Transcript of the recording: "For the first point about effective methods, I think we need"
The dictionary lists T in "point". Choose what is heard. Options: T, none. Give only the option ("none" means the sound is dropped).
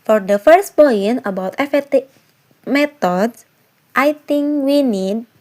none